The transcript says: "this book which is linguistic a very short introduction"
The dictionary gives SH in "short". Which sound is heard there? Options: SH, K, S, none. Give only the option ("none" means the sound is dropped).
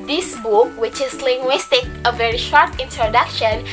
SH